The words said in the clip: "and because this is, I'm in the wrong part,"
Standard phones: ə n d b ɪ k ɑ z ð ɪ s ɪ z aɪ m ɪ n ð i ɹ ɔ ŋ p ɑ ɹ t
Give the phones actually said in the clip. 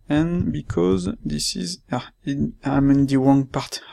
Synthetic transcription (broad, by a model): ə n b ɪ k ɑ z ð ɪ s ɪ z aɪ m ɪ n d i w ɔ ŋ p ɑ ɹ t